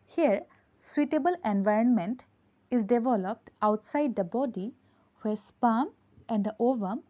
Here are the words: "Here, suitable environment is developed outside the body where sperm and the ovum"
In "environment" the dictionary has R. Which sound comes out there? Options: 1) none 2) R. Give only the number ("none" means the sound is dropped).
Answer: 2